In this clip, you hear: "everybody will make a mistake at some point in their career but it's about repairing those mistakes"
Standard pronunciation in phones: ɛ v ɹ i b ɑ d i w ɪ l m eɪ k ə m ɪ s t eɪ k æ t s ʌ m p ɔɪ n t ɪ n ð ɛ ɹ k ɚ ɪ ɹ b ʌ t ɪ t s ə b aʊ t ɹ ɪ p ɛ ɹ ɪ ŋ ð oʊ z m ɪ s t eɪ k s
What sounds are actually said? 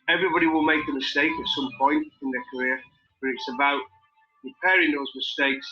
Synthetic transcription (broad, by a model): ɛ v ɹ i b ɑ d i w ɪ l m eɪ k ə m ɪ s t eɪ k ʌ t s ʌ m p ɔɪ n t ɪ n ð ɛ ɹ k ɚ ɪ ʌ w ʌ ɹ ɪ t s ə b aʊ t ɹ ɪ p ɛ ɹ ɪ ŋ ð oʊ z m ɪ s t eɪ k s